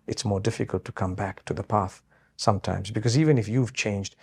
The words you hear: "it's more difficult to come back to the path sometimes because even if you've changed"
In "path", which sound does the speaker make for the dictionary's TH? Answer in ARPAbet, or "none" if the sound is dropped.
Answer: TH